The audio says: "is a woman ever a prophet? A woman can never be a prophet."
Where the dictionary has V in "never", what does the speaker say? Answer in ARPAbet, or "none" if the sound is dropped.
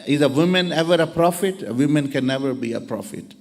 V